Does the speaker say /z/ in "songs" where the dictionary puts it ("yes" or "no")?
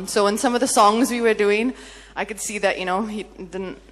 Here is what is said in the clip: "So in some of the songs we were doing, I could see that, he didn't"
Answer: yes